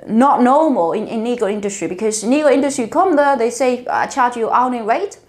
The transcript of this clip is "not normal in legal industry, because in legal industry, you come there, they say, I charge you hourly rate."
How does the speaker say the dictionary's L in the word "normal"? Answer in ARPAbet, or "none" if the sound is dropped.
N